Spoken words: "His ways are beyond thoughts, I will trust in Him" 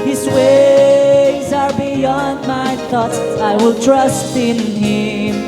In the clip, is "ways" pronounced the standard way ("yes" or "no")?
yes